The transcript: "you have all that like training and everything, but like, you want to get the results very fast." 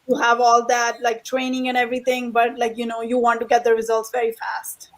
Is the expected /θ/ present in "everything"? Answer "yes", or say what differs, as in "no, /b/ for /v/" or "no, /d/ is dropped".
no, /t/ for /θ/